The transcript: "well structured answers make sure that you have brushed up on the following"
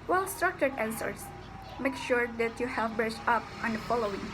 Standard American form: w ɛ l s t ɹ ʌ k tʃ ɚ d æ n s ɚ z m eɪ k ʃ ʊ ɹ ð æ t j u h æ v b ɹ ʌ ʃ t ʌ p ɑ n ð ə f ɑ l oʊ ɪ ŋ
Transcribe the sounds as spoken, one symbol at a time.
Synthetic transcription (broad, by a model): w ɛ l s t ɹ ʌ k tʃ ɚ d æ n s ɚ s m eɪ k ʃ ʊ ɹ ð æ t j u h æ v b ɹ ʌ s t ʌ p ɑ n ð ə f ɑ l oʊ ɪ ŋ